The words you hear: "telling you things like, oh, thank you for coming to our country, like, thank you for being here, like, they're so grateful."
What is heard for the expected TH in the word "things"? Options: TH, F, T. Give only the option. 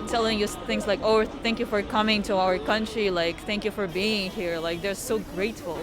TH